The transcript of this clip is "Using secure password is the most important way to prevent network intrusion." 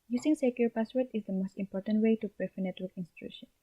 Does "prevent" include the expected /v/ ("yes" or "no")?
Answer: no